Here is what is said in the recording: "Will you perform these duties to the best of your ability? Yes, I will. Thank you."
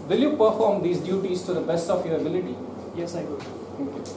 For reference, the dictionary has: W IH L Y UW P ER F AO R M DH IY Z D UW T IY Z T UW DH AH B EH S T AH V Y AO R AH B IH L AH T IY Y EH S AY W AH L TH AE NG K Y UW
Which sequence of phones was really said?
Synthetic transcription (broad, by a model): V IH L Y UW P ER F AO R M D IY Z D UW T IY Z T UW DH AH B EH S T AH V Y AO R AH B IH L AH T IY Y EH S AY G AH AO K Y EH